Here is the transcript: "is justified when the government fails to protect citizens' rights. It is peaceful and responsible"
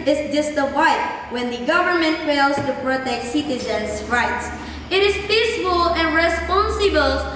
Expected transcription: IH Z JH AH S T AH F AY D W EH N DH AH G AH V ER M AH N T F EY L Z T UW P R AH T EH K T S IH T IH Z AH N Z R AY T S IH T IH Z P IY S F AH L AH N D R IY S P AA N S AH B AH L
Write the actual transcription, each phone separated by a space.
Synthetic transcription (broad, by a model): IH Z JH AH S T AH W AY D W EH N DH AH G AH V ER M AH N T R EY L S T UW P R AH T EH K T S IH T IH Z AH N S R AY T S IH T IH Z P IY S F AH L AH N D R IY S P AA N S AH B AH L